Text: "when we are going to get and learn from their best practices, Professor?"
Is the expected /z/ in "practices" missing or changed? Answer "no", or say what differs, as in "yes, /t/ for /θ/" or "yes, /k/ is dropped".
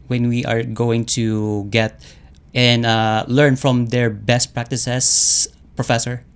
yes, /s/ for /z/